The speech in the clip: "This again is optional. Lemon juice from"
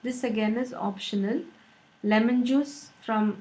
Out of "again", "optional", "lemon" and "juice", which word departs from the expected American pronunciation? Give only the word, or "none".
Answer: none